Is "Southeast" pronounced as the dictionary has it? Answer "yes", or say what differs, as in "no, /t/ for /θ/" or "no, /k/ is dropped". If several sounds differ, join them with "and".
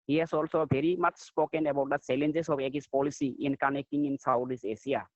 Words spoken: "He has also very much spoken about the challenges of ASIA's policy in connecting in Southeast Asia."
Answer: no, /t/ is dropped